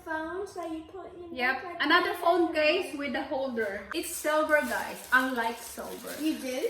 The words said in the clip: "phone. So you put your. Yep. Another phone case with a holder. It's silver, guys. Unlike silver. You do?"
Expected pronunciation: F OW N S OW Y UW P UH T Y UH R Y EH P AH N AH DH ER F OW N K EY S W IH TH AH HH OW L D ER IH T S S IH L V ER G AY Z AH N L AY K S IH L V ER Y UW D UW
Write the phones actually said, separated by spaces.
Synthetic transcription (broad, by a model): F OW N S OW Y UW P UH T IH Y EH P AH N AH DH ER F OW N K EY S W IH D AH HH OW L D ER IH T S S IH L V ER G AY AH N L AY K S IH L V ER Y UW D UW